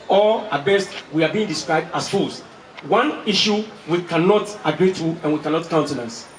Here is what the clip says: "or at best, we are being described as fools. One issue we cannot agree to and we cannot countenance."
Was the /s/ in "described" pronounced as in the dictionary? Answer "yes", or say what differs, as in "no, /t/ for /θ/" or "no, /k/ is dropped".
yes